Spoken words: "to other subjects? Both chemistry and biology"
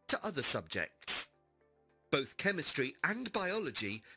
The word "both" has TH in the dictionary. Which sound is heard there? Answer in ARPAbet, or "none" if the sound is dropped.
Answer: TH